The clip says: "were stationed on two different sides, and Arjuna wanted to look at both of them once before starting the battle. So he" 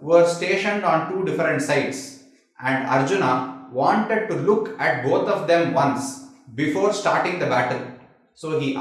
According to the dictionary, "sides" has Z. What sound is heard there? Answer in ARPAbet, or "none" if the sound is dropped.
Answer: S